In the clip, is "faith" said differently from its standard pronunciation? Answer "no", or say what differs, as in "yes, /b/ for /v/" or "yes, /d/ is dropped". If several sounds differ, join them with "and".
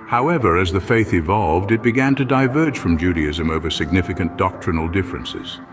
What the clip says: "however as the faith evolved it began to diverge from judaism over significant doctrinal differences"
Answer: no